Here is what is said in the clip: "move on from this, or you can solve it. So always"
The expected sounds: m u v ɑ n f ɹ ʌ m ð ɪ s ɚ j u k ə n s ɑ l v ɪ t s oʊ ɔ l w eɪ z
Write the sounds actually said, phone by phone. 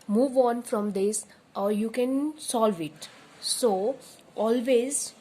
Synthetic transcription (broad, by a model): m u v ɑ n f ɹ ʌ m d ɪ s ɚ j u k ə n s ɑ l v ɪ t s oʊ ɔ l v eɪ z